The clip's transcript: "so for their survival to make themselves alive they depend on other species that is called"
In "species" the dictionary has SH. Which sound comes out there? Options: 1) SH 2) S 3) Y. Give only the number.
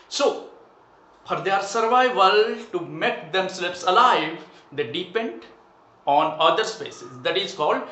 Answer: 2